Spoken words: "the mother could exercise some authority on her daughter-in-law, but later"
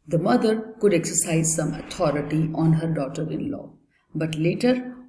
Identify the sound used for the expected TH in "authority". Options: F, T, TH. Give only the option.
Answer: T